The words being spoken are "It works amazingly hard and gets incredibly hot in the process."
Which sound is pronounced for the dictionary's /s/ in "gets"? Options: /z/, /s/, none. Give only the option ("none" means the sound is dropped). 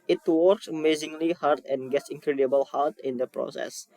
/s/